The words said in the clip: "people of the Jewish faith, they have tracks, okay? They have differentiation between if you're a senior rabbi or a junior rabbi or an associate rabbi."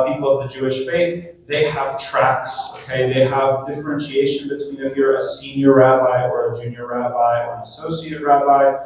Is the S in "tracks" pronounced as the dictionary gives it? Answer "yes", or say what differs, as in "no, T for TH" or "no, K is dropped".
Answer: yes